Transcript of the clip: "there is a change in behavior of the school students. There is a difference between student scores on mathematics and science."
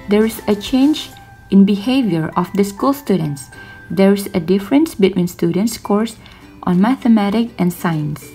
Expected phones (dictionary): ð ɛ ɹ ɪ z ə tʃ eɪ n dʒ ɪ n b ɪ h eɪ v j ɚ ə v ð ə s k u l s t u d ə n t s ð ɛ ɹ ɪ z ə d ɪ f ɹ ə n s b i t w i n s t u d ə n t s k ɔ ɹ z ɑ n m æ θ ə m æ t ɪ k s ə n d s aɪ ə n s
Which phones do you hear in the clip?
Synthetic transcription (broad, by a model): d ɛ ɹ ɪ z ə tʃ eɪ n dʒ ɪ n b ɪ h eɪ v j ɚ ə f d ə s k u l s t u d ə n t s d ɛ ɹ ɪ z ə d ɪ f ɹ ə n s b i t w i n s t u d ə n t s k ɔ ɹ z ɑ n m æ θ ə m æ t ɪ k ə n s aɪ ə n s